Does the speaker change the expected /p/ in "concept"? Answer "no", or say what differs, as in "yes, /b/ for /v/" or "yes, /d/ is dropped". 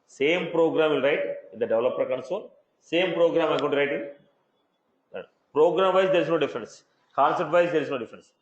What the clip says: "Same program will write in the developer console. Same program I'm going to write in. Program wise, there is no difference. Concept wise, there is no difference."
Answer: yes, /p/ is dropped